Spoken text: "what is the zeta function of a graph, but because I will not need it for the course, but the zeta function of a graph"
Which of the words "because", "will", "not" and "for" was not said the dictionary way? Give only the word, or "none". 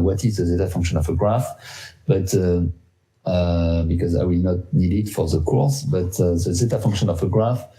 none